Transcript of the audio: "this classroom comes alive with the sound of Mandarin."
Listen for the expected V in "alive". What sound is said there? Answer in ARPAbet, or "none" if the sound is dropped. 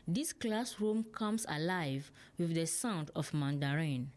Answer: V